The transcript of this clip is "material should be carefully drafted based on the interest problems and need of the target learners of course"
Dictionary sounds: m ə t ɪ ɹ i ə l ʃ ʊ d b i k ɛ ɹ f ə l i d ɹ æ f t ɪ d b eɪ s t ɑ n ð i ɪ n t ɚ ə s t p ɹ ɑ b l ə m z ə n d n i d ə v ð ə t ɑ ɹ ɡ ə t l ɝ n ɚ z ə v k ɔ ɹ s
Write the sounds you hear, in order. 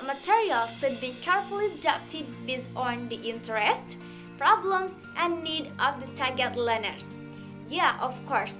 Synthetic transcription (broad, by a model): m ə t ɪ ɹ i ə l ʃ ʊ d b i k ɛ ɹ f ə l i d æ p t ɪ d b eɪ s ɑ n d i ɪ n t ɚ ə s t p ɹ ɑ b l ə m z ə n n i d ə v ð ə t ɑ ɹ ɡ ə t l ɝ n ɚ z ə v k ɔ ɹ s